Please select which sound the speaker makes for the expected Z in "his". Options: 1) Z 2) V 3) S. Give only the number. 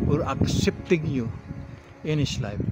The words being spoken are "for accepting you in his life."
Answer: 3